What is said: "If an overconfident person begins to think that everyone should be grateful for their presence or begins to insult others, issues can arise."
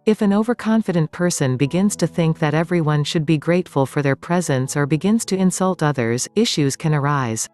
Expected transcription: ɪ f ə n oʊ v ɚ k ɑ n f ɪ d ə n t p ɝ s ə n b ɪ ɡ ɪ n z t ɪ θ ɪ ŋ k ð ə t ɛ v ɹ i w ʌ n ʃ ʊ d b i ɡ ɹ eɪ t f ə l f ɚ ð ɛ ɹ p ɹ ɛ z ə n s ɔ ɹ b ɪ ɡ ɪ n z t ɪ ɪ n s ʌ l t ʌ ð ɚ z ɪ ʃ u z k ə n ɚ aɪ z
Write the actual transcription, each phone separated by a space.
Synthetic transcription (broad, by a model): ɪ f ə n oʊ v ɚ k ɑ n f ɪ d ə n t p ɝ s ə n b ɪ ɡ ɪ n z t ɪ θ ɪ ŋ k ð ə t ɛ v ɹ i w ʌ n ʃ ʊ d b i ɡ ɹ eɪ t f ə l f ɚ ð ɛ ɹ p ɹ ɛ z ə n s ɔ ɹ b ɪ ɡ ɪ n z t ɪ ɪ n s ʌ l t ʌ ð ɚ z ɪ ʃ u z k ə n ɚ aɪ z